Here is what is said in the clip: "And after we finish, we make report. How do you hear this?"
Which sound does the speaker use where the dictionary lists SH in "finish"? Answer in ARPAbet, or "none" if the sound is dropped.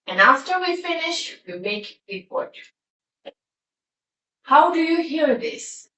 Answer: SH